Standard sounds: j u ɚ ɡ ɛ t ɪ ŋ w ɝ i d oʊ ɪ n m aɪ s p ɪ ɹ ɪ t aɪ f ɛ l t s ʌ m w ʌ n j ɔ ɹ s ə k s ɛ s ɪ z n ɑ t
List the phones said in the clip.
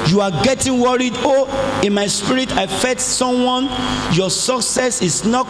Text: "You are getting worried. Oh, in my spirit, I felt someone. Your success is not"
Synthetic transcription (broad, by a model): j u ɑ ɡ ɛ t ɪ ŋ w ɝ i d oʊ ɪ n m aɪ s p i ɹ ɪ t aɪ f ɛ t s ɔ m w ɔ n j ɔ s ə k s ɛ s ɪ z n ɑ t